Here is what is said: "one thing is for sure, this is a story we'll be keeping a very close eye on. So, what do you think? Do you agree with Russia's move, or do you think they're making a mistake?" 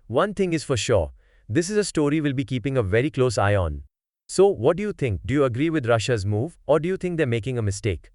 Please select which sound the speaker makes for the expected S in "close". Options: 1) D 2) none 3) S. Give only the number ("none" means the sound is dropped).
3